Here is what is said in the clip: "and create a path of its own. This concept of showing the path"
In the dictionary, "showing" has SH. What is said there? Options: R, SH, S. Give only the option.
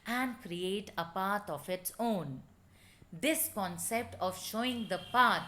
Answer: SH